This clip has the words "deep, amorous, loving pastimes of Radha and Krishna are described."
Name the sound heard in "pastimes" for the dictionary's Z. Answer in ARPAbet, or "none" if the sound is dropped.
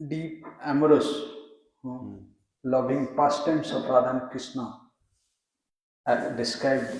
S